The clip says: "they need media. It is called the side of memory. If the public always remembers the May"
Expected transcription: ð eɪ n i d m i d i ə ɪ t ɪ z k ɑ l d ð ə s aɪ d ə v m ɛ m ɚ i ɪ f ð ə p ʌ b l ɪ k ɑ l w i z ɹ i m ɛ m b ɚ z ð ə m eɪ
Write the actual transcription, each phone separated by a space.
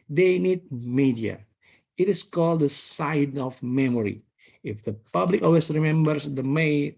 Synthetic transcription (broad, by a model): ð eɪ n i d m i d i ə ɪ t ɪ s k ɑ l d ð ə s aɪ d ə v m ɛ m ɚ i ɪ f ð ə p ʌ b l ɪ k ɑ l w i s ɹ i m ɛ m b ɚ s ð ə m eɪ